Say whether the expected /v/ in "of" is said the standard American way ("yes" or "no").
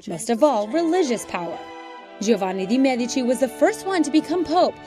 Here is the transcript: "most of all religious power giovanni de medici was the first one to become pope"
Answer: yes